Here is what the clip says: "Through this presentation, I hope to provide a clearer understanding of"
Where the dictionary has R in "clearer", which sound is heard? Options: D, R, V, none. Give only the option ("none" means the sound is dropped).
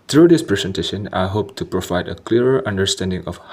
none